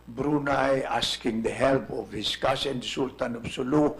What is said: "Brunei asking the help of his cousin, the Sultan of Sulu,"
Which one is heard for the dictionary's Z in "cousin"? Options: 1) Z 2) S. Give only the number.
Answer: 2